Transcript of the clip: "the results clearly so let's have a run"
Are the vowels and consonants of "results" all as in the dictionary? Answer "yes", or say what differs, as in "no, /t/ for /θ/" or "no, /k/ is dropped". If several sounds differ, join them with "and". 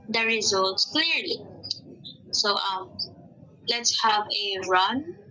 yes